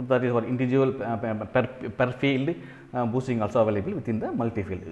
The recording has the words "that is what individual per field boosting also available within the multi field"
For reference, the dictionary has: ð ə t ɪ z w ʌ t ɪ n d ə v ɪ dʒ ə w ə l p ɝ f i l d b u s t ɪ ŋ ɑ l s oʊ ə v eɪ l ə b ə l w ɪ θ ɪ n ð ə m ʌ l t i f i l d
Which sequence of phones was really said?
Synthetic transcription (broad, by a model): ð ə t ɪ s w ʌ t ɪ n d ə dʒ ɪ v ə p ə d p ɝ f i l d b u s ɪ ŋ ɑ l s oʊ ə v eɪ l ə b ə l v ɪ t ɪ n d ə m ʌ l t i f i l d